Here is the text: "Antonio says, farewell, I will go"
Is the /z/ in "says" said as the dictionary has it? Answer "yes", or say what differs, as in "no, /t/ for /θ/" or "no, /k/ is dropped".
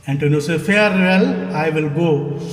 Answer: no, /z/ is dropped